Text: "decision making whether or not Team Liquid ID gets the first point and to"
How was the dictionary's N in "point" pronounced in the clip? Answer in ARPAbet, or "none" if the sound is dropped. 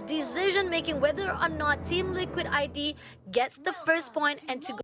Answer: N